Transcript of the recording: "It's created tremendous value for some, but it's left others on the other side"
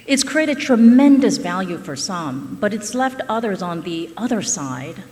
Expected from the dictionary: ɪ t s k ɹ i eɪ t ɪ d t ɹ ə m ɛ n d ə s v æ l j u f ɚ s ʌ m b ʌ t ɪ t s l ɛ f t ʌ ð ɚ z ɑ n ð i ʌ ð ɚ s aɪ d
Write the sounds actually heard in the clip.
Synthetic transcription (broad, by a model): ɪ t s k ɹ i eɪ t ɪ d t ɹ ə m ɛ n d ə s v æ l j u f ɚ s ʌ m b ʌ t ɪ t s l ɛ f t ʌ ð ɚ z n ð i ʌ ð ɚ s aɪ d